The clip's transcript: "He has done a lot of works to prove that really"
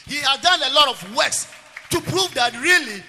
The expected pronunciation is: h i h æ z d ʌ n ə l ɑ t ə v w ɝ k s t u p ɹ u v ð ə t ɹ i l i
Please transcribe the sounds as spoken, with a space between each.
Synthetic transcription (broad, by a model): h i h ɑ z d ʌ n ə l ɑ t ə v w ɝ s t u p ɹ u v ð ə t ɹ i l i